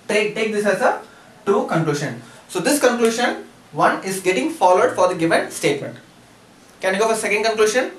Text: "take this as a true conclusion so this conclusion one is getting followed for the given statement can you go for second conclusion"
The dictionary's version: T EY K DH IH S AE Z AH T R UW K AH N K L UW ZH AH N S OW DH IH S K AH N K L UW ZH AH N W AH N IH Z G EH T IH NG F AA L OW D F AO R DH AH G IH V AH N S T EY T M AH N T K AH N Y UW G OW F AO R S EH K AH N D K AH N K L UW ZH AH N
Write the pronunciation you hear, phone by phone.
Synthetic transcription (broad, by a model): T EY K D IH S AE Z AH T UW K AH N K L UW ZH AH N S OW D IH S K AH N K L UW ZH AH N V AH N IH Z G EH T IH NG F AA L OW D F AO R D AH G IH V AH N S T EY T M AH N T K AH N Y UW G OW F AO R S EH K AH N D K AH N K L UW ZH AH N